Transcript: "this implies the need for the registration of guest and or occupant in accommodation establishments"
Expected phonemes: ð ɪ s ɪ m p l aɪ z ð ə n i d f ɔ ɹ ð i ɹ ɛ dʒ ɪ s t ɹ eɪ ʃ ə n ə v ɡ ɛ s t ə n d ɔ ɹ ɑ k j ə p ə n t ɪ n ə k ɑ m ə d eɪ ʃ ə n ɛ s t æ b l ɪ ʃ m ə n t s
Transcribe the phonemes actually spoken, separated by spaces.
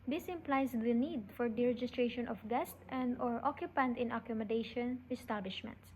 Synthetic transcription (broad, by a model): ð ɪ s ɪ m p l aɪ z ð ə n i d f ɔ ɹ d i ɹ ɛ dʒ ɪ s t ɹ eɪ ʃ ə n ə f ɡ ɛ s t ə n d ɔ ɹ ɑ k j ə p ə n t ɪ n ə k ɑ m ə d eɪ ʃ ə n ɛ s t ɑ b l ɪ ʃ m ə n t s